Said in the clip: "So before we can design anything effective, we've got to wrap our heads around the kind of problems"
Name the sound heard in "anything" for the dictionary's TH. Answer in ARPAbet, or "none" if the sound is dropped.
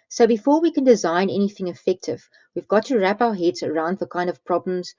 TH